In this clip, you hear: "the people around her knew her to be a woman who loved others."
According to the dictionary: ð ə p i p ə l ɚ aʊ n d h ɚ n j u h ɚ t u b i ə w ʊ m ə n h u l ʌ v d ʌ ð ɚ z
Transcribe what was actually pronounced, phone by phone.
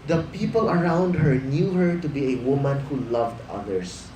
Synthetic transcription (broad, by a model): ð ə p i p ə l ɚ aʊ n d h ɚ n j u h ɚ t u b i ə w ʊ m ə n h u l ʌ v d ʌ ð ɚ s